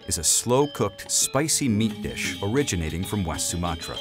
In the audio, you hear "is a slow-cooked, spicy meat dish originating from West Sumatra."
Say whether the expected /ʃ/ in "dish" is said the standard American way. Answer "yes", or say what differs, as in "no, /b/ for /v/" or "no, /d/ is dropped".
yes